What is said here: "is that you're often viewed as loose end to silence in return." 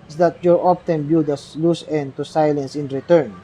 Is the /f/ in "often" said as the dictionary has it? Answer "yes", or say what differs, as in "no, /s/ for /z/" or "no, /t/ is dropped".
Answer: no, /p/ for /f/